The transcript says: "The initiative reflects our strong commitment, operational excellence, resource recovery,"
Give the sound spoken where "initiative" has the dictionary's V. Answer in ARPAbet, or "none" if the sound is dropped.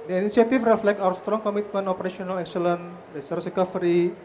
F